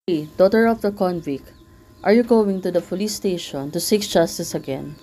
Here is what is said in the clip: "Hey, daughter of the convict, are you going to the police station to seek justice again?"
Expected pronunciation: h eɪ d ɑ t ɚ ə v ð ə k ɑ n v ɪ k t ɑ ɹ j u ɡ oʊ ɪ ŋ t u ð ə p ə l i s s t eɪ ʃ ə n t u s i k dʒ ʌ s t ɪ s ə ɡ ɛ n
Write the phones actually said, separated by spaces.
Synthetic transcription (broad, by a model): d ɑ t ɚ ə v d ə k ɑ n v ɪ k t ɑ ɹ j u ɡ oʊ ɪ ŋ t u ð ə f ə l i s s t eɪ ʃ ə n t u s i k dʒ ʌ s t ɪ s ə ɡ ɛ n